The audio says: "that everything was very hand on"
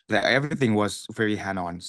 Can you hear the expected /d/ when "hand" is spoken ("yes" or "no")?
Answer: no